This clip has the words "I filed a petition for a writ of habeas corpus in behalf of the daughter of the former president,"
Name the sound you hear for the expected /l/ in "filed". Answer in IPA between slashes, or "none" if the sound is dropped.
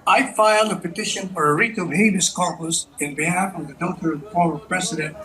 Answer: /l/